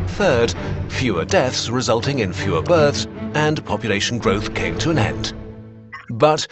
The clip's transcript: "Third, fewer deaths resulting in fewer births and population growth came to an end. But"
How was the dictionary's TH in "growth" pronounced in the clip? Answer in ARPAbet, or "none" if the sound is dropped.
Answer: TH